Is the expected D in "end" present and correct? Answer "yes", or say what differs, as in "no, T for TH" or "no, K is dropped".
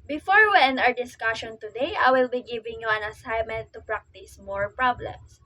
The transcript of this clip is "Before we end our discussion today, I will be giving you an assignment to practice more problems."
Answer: no, D is dropped